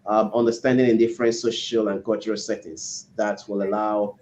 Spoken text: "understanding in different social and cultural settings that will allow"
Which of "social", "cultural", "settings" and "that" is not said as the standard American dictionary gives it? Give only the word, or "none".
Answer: settings